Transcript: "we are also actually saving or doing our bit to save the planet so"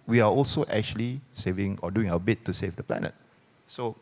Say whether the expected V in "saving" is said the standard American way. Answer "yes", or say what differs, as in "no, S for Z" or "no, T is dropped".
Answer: yes